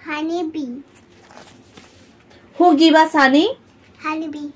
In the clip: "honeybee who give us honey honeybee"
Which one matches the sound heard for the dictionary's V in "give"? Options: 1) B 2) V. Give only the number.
1